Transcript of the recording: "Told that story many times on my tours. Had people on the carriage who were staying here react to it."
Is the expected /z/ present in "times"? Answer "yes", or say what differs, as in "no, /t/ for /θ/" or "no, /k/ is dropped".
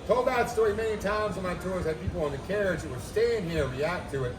yes